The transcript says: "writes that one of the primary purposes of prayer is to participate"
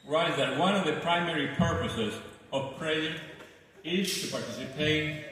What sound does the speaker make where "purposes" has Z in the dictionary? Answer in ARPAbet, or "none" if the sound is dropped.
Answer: Z